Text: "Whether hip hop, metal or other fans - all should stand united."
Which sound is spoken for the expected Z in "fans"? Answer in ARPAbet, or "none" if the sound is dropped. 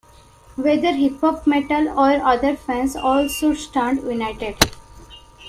S